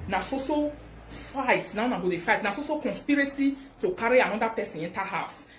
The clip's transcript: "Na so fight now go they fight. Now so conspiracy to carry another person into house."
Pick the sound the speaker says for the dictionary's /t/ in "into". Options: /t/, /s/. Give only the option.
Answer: /t/